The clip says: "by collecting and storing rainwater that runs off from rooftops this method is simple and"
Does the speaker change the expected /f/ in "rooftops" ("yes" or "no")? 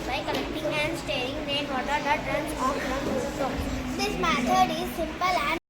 yes